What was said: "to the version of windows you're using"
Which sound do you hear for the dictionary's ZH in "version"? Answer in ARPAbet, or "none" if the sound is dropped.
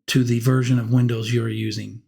ZH